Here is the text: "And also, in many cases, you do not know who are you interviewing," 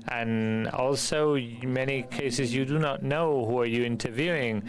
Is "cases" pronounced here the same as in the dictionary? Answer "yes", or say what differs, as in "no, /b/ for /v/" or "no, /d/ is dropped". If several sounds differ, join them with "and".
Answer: yes